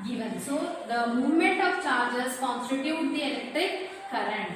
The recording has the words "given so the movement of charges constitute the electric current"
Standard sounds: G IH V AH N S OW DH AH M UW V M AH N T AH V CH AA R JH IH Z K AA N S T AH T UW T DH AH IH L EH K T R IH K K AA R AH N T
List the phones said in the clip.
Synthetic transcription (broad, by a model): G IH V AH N S OW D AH M UW V M AH N T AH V CH AA R JH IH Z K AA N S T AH T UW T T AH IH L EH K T IH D K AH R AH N